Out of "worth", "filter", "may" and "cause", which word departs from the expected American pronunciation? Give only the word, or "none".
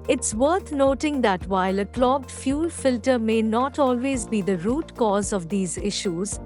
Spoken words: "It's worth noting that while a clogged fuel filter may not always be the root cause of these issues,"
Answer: worth